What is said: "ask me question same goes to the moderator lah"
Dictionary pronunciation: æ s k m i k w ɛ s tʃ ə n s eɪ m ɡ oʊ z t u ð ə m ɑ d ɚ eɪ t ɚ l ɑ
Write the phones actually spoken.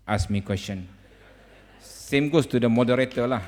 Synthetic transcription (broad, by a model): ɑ s m i k w ɛ s tʃ ə n s eɪ m ɡ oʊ s t u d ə m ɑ d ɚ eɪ t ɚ l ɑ